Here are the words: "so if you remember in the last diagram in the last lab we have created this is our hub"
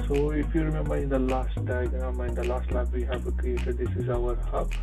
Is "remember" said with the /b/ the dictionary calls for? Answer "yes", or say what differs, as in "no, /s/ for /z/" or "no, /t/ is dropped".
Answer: no, /b/ is dropped